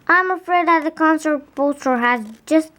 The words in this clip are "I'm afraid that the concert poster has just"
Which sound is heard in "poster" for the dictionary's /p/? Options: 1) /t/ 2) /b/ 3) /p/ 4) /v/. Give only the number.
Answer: 2